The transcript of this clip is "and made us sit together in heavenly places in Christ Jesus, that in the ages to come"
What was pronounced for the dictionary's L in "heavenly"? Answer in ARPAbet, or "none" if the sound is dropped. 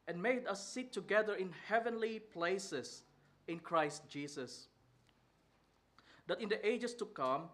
L